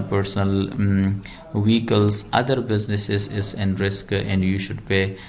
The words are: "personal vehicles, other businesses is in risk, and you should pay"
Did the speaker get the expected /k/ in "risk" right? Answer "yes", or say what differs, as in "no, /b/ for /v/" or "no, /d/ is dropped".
yes